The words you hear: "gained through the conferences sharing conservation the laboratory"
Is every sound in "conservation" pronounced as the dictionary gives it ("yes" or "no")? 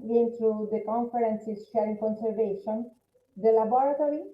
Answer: yes